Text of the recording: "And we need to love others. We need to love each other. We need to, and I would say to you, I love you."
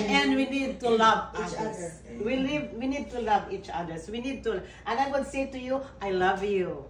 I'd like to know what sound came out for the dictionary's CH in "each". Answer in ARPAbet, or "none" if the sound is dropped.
CH